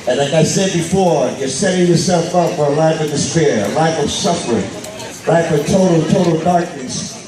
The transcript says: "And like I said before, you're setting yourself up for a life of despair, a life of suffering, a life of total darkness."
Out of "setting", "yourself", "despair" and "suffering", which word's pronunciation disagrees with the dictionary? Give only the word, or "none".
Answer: none